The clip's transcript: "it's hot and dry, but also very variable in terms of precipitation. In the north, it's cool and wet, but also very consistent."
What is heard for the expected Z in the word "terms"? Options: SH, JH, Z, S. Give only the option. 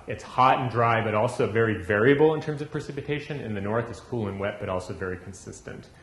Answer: Z